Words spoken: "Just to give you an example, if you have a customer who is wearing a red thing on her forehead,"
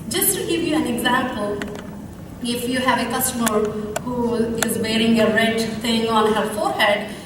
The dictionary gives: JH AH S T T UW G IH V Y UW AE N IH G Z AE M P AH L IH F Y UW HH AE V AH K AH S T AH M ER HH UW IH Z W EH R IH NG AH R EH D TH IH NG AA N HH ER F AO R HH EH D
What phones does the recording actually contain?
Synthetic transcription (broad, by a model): JH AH S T T UW G IH V Y UW AE N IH G Z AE M P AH L IH F Y UW HH AE V AH K AH S T AH M ER HH UW IH Z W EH R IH NG AH R EH D T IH NG AA N HH ER F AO R HH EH D